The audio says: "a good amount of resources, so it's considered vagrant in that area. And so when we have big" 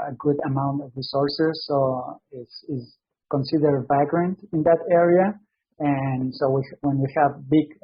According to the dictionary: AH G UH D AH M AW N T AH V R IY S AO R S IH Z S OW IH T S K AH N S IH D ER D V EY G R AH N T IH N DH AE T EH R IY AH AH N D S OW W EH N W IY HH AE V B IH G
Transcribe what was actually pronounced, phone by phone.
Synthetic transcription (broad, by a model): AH G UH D AH M AW N T AH V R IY S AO R S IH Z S OW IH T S K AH N S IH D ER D V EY G R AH N T IH N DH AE T EH R IY AH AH N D S OW W EH N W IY HH AE V B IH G